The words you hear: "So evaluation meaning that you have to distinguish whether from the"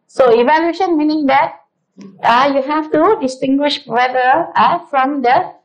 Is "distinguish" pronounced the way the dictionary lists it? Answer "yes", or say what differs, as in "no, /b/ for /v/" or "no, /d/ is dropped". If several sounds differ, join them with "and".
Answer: yes